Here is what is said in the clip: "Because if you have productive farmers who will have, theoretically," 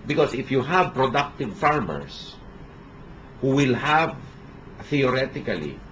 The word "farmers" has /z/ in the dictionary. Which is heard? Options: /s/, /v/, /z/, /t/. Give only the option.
/s/